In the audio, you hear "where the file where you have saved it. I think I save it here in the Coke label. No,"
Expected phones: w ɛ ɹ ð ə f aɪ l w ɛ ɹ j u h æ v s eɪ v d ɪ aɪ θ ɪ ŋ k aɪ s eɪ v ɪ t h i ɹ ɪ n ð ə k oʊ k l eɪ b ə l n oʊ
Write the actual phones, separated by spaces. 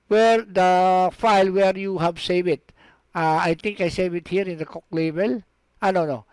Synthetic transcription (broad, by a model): w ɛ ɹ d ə f aɪ l w ɛ ɹ j u h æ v s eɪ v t ɪ aɪ t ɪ ŋ k aɪ s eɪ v ɪ t h i ɹ ɪ n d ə k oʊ k l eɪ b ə l n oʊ